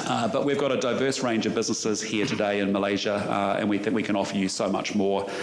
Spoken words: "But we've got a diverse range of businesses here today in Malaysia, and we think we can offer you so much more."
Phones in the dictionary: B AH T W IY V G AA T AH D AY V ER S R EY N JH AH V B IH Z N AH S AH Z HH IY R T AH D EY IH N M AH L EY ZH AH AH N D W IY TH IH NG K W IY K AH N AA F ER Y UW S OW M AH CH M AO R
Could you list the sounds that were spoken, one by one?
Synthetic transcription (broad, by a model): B AH T W IY V G AA T AH D AY V ER S R EY N JH AH V B IH Z N AH S AH Z HH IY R T AH D EY IH N M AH L EY ZH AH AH N W IY TH IH NG K W IY K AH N AA F ER Y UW S OW M AH CH M AO R